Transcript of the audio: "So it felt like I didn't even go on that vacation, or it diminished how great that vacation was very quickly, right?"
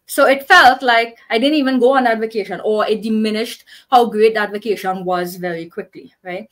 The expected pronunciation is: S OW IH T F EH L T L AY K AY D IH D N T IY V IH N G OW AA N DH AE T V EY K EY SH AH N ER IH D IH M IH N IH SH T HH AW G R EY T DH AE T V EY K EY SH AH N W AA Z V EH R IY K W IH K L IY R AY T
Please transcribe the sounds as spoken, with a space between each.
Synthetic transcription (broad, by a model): S OW IH T F EH L T L AY K AY D IH D N T IY V IH N G OW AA N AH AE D V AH K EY SH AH N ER IH D IH M IH N IH SH T HH AW G R EY T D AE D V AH K EY SH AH N W AA Z V EH R IY K W IH K L IY R AY T